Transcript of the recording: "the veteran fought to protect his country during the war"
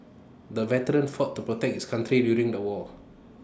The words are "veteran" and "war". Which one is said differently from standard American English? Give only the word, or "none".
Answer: war